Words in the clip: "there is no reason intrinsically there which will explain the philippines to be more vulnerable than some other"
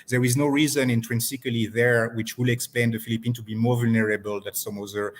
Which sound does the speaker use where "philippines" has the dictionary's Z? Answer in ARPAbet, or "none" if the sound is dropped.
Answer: none